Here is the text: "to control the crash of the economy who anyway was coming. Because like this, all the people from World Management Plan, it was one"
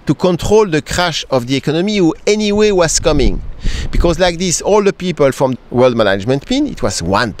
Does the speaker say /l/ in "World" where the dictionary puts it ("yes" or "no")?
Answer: yes